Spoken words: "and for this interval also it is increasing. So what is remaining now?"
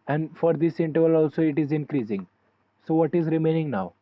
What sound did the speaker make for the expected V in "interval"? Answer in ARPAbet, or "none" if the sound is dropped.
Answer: V